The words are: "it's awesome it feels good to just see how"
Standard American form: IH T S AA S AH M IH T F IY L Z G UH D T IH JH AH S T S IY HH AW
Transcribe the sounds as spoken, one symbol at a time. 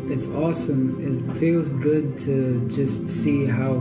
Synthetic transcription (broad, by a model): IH T S AA S AH M IH T F IY L Z G UH D T IH JH AH S T S IY HH AW